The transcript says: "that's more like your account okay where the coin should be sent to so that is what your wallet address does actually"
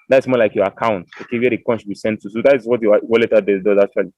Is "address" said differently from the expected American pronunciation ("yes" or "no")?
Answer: yes